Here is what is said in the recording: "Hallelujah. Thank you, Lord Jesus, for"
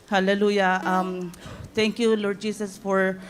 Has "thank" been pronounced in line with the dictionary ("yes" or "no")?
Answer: no